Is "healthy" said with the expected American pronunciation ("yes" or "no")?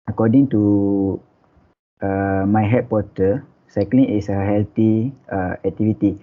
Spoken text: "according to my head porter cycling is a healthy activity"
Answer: no